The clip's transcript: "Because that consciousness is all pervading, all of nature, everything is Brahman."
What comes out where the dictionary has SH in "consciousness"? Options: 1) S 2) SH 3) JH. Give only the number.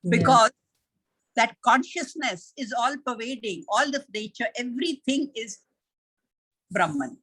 2